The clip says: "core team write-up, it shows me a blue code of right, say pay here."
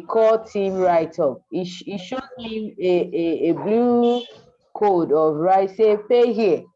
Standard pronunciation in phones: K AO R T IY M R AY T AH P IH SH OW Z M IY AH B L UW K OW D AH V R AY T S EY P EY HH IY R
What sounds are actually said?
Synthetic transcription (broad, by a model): K AO T IY M R AY T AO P IH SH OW M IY AH B L UW K OW D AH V R AY T S EY P EY HH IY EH